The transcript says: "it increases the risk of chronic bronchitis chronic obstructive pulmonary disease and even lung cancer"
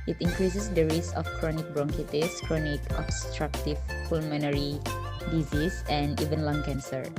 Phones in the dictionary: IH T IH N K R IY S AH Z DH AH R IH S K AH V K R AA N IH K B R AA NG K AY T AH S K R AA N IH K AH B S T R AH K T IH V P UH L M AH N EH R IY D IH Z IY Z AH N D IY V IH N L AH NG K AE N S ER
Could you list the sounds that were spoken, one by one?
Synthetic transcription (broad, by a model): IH T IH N K R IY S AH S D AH R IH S AH F K R AA N IH K B R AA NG K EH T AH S K R AA N IH K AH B S T R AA K T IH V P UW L M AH N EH R IY D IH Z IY S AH N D IY V IH N L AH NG K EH N S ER